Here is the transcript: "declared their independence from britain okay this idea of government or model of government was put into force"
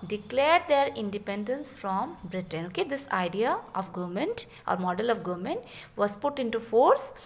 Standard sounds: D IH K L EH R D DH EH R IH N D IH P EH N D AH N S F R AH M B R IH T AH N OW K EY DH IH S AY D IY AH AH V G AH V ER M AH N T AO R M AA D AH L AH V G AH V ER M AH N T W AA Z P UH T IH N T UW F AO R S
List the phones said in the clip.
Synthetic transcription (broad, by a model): D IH K L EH R D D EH R IH N D IH P EH N D AH N S F R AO M B R IH T AH N OW K EY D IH S AY D IY AH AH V G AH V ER M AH N T AO R M AA D AH L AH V G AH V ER M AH N T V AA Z P UH T IH N T UW F AO R S